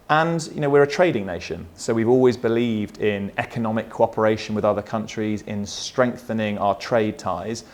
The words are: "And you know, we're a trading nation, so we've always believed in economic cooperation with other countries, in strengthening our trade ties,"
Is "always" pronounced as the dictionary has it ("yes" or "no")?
yes